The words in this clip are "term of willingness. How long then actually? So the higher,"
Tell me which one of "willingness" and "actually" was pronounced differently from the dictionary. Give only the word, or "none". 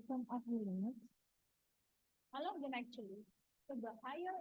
willingness